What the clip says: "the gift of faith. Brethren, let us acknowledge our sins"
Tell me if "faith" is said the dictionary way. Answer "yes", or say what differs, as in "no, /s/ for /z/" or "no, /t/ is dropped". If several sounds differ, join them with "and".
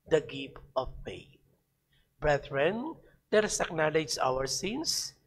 no, /t/ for /θ/